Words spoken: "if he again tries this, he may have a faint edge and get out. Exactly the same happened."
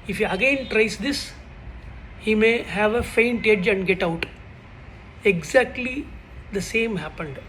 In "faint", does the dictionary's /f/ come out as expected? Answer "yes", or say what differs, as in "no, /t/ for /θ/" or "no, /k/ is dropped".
yes